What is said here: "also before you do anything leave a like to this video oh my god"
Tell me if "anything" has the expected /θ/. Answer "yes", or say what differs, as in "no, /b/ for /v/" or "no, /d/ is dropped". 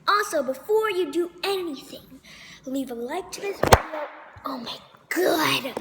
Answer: yes